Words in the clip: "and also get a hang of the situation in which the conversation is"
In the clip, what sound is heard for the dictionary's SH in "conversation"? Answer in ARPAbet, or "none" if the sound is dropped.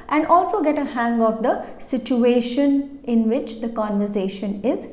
SH